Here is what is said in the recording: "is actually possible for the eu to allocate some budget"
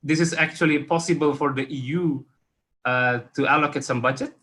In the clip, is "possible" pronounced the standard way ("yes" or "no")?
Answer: yes